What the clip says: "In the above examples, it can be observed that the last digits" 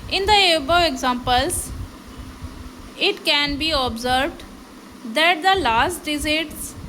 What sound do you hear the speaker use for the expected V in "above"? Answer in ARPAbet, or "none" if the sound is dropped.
none